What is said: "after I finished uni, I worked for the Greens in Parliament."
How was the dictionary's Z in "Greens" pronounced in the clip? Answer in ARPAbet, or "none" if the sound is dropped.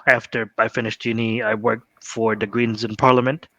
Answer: Z